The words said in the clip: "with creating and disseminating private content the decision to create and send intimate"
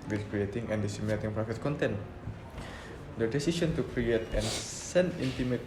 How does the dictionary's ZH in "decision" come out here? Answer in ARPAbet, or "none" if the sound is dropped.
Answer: S